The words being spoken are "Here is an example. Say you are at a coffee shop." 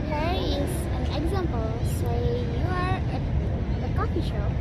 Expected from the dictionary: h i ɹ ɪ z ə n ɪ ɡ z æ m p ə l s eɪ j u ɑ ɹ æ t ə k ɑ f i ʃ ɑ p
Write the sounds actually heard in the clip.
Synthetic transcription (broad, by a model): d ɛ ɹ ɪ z ə n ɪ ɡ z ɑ m p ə l s eɪ j u ɑ ɹ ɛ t ə k ɑ f i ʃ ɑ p